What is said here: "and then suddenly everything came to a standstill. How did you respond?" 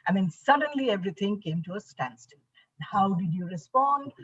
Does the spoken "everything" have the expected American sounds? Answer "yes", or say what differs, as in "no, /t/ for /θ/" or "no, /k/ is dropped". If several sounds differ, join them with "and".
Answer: no, /t/ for /θ/